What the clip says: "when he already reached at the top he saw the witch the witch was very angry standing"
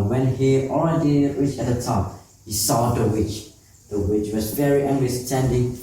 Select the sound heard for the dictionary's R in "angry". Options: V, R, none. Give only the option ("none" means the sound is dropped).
none